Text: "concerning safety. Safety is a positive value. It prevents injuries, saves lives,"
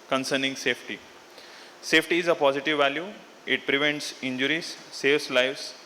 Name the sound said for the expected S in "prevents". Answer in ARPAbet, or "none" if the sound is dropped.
S